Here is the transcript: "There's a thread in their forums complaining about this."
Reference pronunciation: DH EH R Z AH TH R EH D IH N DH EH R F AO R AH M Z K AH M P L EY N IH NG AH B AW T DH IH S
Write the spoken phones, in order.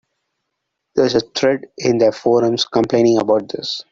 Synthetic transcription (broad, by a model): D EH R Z AH T R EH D IH N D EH F AO R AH M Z K AH M P L EY N IH NG AH B AW T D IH S